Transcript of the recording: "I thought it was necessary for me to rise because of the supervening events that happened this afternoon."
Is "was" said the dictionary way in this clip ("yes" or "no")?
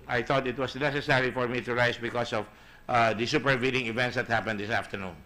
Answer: no